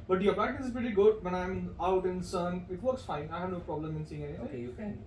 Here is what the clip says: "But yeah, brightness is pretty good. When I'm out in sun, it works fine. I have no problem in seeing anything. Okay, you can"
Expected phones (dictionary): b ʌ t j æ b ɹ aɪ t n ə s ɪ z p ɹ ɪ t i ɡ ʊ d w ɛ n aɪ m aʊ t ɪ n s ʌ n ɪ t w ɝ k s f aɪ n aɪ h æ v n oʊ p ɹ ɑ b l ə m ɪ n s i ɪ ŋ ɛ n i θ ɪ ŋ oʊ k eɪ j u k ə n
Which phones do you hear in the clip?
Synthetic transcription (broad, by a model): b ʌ t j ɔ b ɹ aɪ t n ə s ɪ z p ɹ ɪ t i ɡ ʊ d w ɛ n aɪ m aʊ t ɪ n s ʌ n ɪ t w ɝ k s f aɪ n aɪ h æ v n oʊ p ɹ ɑ b l ə m ɪ n s i ɪ ŋ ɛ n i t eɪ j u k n